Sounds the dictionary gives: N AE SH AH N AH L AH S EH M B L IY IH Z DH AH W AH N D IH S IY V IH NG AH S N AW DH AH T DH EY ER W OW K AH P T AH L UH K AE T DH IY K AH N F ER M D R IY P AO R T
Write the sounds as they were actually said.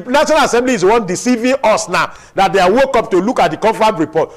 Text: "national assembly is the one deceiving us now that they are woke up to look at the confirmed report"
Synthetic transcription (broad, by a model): N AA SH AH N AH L AH S EH M B L IY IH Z W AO N D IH S IY V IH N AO S N AW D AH T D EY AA W OW K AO P T AH L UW K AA T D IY K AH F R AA D R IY P AO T